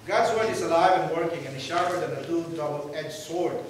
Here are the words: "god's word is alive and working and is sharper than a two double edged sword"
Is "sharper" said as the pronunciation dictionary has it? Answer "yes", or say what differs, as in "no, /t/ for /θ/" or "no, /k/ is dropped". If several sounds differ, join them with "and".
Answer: no, /p/ is dropped